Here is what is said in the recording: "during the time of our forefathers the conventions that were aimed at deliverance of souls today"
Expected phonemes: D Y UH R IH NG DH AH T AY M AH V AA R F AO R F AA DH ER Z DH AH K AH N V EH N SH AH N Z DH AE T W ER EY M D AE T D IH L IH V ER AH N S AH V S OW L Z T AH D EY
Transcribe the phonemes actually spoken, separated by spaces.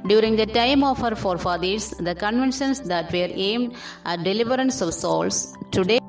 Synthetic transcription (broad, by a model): D Y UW R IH NG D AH T AY M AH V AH R F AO R F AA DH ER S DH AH K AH N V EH N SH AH N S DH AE T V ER EY M D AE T D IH L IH V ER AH N S AH V S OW L S T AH D EY